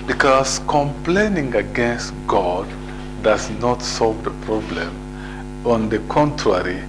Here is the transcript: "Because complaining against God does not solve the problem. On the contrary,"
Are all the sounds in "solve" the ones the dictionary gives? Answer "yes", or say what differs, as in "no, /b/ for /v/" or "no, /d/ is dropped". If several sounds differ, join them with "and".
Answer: yes